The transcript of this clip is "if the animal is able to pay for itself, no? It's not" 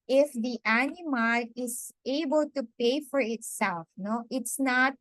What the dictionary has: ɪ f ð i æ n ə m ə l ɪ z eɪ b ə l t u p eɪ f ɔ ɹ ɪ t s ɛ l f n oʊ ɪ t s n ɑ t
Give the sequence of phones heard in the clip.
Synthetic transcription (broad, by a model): ɪ f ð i æ n ə m ə l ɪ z eɪ b ə l t u p eɪ f ɔ ɹ ɪ t s ɛ l f n oʊ ɪ t s n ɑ t